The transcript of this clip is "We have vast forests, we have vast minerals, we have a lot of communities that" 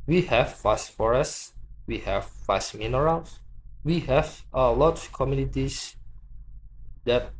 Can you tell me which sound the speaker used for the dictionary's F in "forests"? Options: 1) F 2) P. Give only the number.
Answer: 1